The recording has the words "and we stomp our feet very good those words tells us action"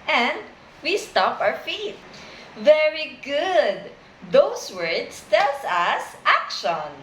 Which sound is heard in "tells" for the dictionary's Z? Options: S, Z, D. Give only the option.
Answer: S